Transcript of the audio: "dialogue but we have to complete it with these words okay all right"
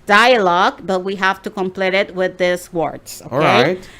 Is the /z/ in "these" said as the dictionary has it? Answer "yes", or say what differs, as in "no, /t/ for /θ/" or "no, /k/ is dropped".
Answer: no, /s/ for /z/